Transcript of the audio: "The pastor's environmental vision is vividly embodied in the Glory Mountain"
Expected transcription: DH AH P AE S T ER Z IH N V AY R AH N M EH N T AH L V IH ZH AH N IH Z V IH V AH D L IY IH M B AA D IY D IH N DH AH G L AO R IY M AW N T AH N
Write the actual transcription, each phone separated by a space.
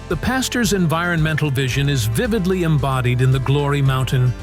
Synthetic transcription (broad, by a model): DH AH P AE S T ER Z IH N V AY R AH N M EH N T L V IH ZH AH N IH Z V IH V AH D L IY IH M B AA D IY D IH N DH AH G L AO R IY M AW N T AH N